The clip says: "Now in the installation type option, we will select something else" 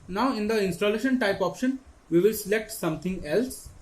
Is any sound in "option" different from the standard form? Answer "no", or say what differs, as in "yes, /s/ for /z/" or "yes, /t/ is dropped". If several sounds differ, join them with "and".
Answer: no